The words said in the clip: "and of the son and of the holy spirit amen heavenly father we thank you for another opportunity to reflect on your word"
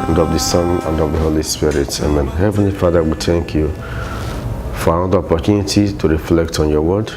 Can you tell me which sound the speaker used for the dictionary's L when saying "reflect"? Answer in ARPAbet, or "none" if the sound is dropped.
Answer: L